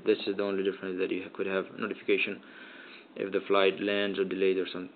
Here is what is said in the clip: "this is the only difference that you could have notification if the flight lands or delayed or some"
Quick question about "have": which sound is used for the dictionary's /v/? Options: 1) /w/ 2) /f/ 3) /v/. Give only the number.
3